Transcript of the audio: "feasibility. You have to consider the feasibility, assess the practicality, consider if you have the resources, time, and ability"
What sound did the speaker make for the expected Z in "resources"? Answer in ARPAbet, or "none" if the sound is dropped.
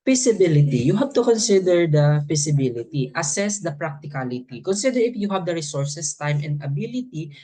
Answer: S